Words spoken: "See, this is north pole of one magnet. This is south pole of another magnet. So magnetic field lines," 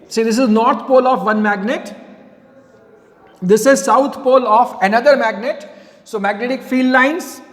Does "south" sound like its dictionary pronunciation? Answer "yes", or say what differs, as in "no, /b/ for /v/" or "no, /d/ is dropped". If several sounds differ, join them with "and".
no, /t/ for /θ/